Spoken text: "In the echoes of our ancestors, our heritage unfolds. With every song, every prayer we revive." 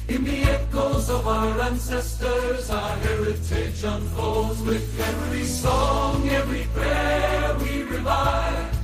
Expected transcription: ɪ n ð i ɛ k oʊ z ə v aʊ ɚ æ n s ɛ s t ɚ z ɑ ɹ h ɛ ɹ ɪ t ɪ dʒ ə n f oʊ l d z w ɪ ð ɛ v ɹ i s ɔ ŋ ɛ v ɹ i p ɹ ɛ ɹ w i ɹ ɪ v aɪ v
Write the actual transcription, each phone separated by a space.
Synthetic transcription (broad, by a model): ɪ n ð i ɛ k oʊ z ə v aʊ ɚ æ n s ɛ s t ɚ z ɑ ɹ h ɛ ɹ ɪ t ɪ ʃ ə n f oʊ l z w ɪ ð ɛ v ɹ i s ɔ ŋ ɛ v ɹ i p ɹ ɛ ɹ w i ɹ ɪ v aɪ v